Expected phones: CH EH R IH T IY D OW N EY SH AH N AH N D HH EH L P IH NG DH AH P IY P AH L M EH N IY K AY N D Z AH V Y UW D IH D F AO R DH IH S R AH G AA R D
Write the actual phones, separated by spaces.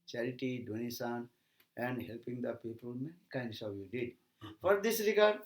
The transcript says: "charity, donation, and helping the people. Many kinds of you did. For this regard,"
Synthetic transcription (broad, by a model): CH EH R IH T IY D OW N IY S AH N AH N D HH EH L P IH NG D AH P IY P AH L M EH N IY K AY N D S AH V Y UW D IH D F AO R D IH S R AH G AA R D